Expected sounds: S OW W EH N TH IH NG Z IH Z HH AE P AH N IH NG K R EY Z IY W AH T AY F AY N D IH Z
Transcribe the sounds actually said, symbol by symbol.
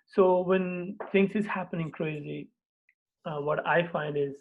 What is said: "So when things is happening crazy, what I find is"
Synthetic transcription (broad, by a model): S OW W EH N T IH NG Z IH Z HH AE P AH N IH NG K R EY Z IY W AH T AY F AY N D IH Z